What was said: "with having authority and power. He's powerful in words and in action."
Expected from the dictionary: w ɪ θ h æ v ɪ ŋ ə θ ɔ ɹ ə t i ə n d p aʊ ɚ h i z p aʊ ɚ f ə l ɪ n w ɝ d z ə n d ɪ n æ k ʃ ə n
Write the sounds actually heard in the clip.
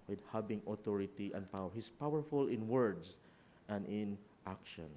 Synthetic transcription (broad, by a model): w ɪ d h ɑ b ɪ ŋ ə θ ɔ ɹ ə t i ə n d p aʊ ɚ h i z p aʊ ɚ f ə l ɪ n w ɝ d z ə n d ɪ n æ k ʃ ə n